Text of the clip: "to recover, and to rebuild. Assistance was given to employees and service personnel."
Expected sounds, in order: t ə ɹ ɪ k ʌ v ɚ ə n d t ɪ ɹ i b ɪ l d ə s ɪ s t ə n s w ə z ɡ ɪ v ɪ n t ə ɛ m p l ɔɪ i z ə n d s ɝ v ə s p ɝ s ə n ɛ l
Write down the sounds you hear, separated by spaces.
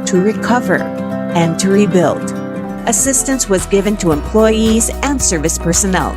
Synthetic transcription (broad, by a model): t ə ɹ ɪ k ʌ v ɚ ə n t ɪ ɹ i b ɪ l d ə s ɪ s t ə n s w ə z ɡ ɪ v ɪ n t ə ɛ m p l ɔɪ i z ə n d s ɝ v ə s p ɝ s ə n ɛ l